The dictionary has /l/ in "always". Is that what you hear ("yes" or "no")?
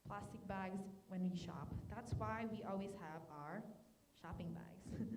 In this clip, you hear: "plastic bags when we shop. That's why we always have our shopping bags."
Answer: yes